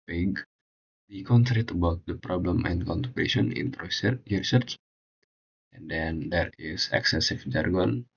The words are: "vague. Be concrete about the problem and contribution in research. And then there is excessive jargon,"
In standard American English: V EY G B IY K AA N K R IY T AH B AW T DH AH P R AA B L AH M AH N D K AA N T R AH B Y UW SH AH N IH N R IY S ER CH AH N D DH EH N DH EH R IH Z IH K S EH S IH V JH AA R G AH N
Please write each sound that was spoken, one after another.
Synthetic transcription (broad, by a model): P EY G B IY K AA N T R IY T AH B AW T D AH P R AA B L AH M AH N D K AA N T AH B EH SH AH N IH N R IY S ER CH AH N D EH N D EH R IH S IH K S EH S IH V JH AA R G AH N